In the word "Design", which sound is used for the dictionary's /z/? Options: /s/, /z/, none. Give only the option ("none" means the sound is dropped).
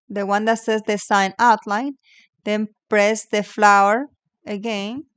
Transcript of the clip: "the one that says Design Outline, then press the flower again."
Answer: /s/